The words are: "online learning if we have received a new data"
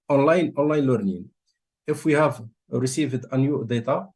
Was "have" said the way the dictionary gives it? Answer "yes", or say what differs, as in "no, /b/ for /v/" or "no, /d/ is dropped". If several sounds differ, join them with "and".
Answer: yes